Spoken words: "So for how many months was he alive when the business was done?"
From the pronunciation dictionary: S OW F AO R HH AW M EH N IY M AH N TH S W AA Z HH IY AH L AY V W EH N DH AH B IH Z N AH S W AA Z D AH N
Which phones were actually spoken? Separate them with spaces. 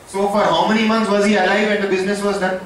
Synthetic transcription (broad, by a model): S OW F AO R HH AW M EH N IY M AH N T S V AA Z HH IY AH L AY V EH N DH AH B IH Z N AH S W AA Z D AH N